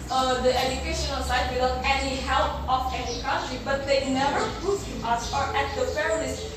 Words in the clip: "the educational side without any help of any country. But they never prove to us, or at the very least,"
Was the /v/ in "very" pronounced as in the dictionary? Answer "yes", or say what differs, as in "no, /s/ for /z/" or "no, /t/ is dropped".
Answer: no, /p/ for /v/